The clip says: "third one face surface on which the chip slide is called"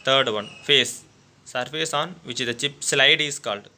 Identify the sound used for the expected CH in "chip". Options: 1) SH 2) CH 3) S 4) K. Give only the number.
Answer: 2